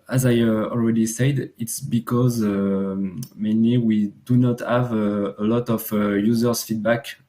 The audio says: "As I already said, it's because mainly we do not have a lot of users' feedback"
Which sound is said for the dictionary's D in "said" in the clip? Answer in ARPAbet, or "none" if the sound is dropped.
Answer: D